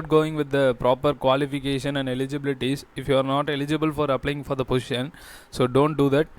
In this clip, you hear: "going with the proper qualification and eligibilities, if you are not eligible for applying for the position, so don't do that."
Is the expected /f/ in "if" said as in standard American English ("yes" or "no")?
yes